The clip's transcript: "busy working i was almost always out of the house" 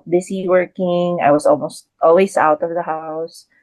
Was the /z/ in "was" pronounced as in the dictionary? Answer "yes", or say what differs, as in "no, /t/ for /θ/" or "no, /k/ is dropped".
no, /s/ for /z/